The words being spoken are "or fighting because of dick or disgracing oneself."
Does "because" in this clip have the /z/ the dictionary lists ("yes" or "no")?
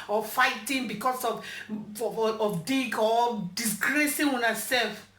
no